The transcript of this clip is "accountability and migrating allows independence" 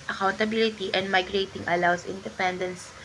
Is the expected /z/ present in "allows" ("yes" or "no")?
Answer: no